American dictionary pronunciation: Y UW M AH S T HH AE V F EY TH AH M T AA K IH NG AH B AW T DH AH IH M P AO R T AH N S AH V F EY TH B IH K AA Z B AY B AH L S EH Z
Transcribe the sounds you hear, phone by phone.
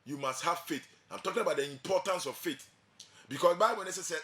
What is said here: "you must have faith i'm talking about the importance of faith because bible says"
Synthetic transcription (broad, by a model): Y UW M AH S T HH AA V F EY T AH M T AA K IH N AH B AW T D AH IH M P AO T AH N S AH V F EY T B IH K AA S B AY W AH N S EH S